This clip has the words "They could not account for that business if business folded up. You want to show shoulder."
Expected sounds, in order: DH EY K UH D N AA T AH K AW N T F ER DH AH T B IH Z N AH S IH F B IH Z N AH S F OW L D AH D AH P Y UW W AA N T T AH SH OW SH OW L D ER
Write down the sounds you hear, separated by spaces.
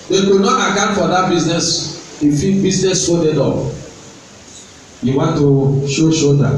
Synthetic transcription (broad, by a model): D EY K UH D N AA T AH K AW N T F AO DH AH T B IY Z N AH S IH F B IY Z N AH S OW D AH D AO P Y UW W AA N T T AH SH OW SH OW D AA